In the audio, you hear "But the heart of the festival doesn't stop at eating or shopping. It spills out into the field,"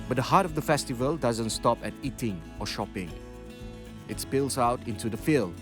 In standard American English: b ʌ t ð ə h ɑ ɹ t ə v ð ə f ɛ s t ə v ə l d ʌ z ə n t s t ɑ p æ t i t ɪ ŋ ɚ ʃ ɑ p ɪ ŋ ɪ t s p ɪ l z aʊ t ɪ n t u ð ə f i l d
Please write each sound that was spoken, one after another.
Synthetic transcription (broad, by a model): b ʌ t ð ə h ɑ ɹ t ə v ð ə f ɛ s t ə v ə l d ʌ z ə n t s t ɑ p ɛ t i t ɪ ŋ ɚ ʃ ɑ p ɪ ŋ ɪ t s p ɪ l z aʊ t ɪ n t u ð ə f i l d